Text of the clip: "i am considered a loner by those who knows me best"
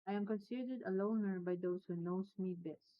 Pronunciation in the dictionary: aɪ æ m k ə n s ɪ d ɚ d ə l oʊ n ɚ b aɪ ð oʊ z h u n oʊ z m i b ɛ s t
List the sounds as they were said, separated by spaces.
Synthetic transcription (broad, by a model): aɪ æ m k ə n s ɪ d ɚ d ə l oʊ n ɚ b aɪ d oʊ s h u n oʊ s m i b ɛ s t